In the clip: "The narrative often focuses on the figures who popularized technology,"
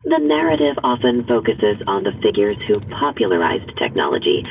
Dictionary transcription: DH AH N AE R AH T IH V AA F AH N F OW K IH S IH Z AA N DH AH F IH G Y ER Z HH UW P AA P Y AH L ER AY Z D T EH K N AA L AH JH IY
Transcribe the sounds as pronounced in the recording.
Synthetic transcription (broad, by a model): DH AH N AE R AH T IH V AA F AH N F OW K IH S IH Z N DH AH F IH G Y ER Z HH UW P AA P Y L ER AY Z T EH K N AA L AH JH IY